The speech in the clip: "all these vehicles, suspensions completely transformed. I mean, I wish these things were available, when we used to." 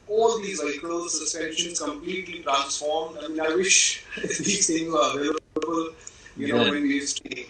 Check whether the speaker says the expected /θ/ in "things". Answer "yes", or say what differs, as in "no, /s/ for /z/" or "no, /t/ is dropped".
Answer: no, /s/ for /θ/